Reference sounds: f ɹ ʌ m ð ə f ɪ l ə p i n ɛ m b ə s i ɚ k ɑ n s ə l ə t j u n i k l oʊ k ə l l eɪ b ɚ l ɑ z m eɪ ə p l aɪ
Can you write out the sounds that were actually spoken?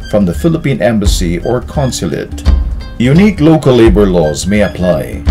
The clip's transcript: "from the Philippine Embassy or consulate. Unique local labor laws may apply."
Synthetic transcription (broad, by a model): f ɹ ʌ m ð ə f ɪ l ə p i n ɛ m b ə s i ɚ k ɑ n s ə l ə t j u n i k l oʊ k ə l l eɪ b ɚ l ɑ z m eɪ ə p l aɪ